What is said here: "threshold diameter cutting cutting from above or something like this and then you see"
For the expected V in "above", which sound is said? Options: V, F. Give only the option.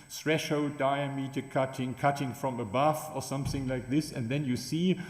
F